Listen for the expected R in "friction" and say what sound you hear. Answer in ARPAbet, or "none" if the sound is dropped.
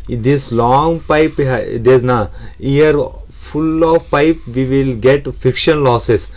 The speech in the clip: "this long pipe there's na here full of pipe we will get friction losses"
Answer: none